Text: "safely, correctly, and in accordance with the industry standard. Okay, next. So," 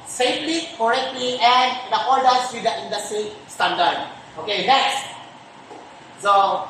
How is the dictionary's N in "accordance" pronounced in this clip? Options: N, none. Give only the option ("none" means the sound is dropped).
none